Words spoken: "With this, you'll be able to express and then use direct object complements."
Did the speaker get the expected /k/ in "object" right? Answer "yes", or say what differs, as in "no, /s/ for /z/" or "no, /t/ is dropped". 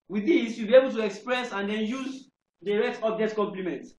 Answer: no, /k/ is dropped